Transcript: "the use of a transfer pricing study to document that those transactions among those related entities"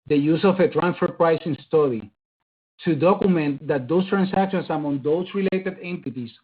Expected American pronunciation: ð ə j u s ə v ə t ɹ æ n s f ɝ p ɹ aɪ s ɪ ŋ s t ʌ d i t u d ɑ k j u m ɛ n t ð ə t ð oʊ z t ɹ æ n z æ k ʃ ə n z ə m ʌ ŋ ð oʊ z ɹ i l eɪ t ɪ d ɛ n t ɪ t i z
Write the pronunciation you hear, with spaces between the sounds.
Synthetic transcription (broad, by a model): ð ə j u s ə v ə t ɹ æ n f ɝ p ɹ aɪ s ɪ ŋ s t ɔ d i t u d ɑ k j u m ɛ n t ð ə t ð oʊ s t ɹ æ n s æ k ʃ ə n s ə m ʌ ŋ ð oʊ s ɹ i l eɪ t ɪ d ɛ n t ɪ t i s